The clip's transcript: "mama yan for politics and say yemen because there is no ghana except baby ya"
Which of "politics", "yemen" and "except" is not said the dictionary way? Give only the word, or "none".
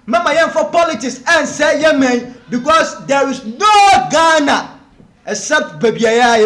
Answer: except